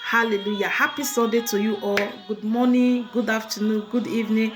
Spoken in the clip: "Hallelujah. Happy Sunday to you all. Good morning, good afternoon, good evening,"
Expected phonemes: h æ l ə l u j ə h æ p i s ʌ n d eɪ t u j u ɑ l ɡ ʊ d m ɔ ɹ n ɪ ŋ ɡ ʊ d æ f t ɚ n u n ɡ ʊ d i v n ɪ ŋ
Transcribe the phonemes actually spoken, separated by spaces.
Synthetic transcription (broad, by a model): h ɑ l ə l u j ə h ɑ p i s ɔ d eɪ t u j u ɑ l ɡ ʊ d m ɔ n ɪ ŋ ɡ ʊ d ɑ f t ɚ n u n ɡ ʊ d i v n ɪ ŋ